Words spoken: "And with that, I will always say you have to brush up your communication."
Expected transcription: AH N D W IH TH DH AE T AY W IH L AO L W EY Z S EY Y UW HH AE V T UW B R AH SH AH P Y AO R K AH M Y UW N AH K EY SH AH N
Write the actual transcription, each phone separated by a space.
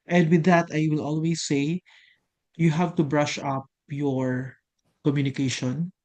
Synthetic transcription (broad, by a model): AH N D W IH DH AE T AY W IH L AO L W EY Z S EY Y UW HH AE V T UW B R AH SH AH P Y AO R K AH M Y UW N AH K EY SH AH N